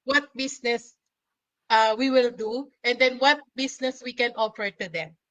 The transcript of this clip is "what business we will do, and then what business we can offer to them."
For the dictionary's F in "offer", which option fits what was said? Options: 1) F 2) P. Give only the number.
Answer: 2